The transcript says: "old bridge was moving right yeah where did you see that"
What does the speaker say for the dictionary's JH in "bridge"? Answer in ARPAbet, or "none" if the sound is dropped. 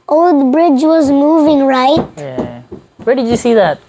JH